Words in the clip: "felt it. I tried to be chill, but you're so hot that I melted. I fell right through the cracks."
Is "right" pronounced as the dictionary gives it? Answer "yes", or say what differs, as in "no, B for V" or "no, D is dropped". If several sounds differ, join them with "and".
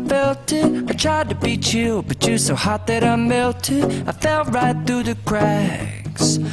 yes